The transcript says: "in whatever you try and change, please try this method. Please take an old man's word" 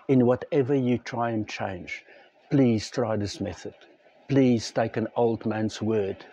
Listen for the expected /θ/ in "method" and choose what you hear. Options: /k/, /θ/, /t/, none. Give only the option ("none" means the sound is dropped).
/θ/